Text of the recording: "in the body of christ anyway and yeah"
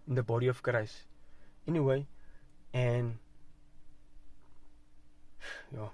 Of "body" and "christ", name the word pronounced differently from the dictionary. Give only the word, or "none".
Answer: christ